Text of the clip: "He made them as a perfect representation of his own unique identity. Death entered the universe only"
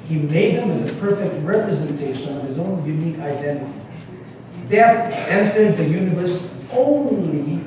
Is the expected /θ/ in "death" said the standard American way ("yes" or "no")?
no